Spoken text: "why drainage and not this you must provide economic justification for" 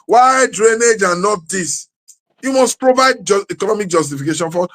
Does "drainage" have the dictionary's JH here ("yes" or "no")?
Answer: yes